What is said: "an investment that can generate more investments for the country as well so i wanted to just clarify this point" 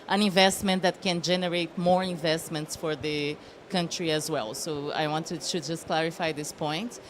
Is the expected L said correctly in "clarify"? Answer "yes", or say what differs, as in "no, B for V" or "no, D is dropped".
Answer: yes